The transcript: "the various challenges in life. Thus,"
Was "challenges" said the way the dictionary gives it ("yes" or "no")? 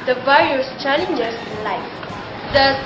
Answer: no